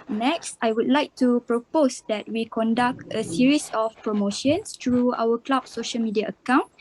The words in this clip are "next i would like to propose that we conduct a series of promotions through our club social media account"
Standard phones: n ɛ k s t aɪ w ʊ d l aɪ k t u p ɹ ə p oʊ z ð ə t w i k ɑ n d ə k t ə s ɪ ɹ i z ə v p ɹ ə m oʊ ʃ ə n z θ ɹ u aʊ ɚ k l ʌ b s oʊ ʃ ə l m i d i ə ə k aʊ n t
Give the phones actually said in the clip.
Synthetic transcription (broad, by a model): n ɛ k s t aɪ w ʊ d l aɪ k t u p ɹ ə p oʊ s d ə t w i k ɑ n d ə k t ə s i ɹ i s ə f p ɹ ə m oʊ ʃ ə n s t ɹ u aʊ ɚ k l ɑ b s oʊ ʃ ə l m i d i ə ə k aʊ n